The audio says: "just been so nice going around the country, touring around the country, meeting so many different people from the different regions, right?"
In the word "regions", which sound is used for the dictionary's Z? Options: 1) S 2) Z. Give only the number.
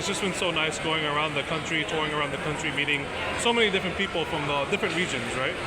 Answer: 2